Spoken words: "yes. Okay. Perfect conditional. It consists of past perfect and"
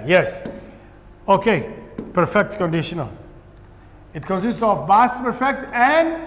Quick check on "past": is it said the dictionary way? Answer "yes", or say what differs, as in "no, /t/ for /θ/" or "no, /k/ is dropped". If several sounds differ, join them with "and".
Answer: no, /b/ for /p/